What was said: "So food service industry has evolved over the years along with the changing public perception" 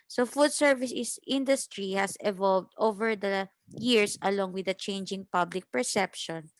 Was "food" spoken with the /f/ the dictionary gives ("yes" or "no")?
yes